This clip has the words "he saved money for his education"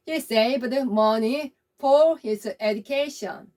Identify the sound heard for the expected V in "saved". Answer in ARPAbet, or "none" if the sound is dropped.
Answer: B